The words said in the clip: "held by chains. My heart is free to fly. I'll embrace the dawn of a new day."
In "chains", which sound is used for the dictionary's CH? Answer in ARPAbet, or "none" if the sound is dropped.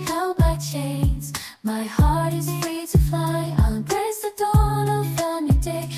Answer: CH